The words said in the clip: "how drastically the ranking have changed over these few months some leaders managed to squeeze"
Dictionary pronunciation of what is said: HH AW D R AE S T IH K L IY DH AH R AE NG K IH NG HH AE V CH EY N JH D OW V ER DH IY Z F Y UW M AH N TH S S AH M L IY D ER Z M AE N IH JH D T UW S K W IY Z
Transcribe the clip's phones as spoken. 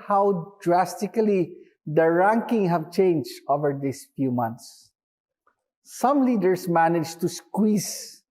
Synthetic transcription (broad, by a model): HH AW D R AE S T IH K L IY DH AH R AE NG K IH NG HH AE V CH EY N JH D OW V ER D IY S F Y UW M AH N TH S S AH M L IY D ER S M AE N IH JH T UW S K W IY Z